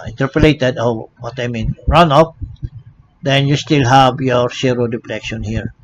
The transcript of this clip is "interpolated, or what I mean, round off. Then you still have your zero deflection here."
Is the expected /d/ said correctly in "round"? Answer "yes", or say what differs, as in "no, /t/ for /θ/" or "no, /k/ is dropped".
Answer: no, /d/ is dropped